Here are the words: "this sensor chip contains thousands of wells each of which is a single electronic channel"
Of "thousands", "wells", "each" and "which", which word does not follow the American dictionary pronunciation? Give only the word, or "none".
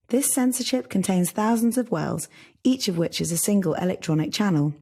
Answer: none